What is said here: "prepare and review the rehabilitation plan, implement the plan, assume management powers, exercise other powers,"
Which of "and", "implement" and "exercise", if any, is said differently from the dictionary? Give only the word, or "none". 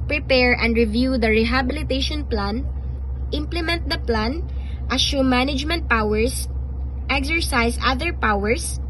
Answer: exercise